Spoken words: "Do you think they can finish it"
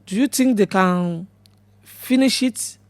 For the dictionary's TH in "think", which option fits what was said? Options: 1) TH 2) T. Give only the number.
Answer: 2